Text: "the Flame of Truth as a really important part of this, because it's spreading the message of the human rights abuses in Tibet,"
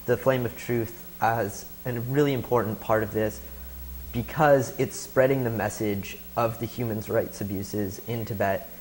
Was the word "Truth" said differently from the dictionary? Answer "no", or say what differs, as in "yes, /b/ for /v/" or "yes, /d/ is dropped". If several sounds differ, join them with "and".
no